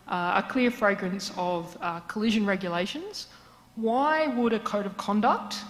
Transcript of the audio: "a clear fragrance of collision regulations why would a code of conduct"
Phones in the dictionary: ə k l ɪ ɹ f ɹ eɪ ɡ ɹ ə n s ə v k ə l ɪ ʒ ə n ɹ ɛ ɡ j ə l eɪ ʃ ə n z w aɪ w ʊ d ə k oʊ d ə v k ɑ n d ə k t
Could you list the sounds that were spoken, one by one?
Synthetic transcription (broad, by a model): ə k l ɪ ɹ f ɹ eɪ ɡ ɹ ə n s ə v k ə l ɪ ʒ ə n ɹ ɛ ɡ j ə l eɪ ʃ ə n z w aɪ w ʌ d ə k oʊ d ə v k ɑ n d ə k t